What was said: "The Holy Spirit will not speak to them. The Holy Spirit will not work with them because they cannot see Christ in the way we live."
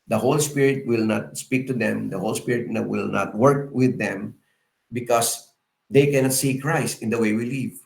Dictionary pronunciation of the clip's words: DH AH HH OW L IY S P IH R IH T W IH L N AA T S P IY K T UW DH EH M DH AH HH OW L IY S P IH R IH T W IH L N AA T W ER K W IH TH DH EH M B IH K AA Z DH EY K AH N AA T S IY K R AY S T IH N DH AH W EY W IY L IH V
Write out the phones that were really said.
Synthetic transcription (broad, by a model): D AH HH OW L IY S P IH R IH T W IH L N AA T S P IY K T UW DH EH M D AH HH OW L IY S P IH R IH T W IH L N AA T W ER K W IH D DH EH M B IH K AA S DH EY K AH N AA T S IY K R AY S T IH N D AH W EY W IY L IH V